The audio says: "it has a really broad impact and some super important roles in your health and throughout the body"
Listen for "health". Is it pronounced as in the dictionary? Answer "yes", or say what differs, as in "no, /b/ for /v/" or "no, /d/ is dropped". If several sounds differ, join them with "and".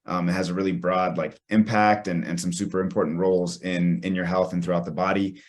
yes